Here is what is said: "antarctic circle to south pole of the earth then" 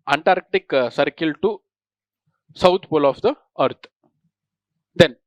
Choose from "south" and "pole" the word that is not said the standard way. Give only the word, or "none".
south